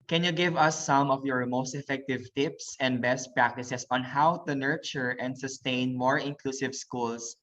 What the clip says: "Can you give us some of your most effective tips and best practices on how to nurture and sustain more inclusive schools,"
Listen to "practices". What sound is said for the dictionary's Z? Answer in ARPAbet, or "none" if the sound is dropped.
S